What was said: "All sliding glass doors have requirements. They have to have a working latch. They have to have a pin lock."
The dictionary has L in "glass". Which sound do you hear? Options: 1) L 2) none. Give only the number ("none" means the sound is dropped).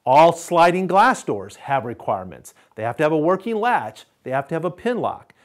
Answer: 1